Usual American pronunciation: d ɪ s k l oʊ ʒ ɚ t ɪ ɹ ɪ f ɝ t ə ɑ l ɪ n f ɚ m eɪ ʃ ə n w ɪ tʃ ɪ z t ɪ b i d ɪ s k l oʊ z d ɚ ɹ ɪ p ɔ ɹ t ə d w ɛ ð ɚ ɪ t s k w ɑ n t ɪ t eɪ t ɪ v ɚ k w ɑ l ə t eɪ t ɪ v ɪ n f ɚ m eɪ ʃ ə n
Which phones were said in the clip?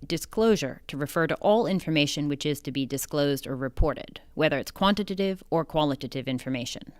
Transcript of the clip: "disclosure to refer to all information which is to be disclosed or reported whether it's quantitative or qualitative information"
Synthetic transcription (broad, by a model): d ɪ s k l oʊ ʒ ɚ t ɪ ɹ ɪ f ɝ t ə ɑ l ɪ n f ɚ m eɪ ʃ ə n w ɪ tʃ ɪ z t ɪ b i d ɪ s k l oʊ z d ɚ ɹ ɪ p ɔ ɹ t ə d w ɛ ð ɚ ɪ t s k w ɑ n t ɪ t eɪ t ɪ v ɚ k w ɑ l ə t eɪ t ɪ v ɪ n f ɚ m eɪ ʃ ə n